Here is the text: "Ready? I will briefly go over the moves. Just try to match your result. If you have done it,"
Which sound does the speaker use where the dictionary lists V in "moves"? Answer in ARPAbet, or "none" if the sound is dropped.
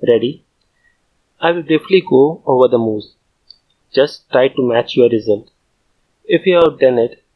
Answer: none